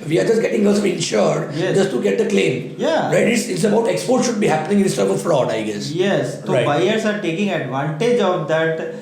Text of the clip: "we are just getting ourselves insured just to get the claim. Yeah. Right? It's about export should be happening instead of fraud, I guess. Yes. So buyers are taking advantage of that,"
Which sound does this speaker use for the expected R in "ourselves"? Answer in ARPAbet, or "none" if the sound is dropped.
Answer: L